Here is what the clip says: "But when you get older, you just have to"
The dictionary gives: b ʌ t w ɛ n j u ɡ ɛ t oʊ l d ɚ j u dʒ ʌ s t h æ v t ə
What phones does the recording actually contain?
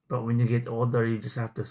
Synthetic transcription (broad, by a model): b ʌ t w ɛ n j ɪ ɡ ɛ t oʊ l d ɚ j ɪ dʒ ʌ s t h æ f t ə